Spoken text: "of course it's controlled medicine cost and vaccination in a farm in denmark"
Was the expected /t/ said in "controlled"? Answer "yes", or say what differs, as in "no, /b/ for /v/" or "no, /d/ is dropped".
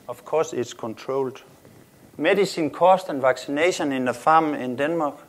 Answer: no, /s/ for /t/